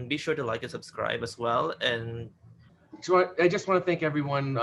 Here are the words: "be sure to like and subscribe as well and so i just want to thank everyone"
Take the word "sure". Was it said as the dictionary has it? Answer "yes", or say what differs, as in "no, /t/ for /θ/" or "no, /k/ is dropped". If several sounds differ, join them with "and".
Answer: yes